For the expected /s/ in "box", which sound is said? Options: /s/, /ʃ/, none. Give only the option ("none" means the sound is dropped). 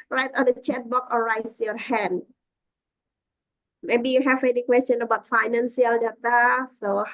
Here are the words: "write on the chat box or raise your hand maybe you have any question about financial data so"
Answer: none